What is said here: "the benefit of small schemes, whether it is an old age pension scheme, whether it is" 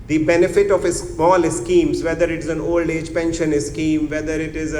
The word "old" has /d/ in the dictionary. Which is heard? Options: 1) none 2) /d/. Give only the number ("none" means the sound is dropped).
2